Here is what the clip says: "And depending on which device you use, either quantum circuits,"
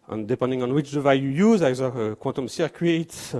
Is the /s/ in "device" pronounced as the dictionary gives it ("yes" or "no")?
no